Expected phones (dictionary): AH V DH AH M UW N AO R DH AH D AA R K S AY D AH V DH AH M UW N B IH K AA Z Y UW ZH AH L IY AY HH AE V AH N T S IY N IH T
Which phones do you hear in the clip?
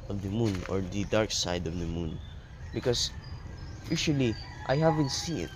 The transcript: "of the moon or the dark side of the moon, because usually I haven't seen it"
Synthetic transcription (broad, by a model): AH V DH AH M UW N AO R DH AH D AA R K S AY D AH V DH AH M UW N B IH K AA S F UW SH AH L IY AY HH AE V AH N T S IY N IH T